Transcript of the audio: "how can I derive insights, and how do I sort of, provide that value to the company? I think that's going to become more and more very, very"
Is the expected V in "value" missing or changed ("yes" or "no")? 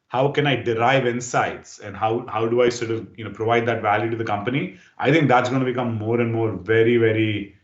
no